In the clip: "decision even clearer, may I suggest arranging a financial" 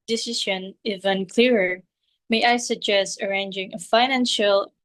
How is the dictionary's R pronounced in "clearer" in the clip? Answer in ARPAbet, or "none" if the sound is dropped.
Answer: R